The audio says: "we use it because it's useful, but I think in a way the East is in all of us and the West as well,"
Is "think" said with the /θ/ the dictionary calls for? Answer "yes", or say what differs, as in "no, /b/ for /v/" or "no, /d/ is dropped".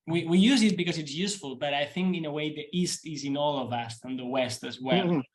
yes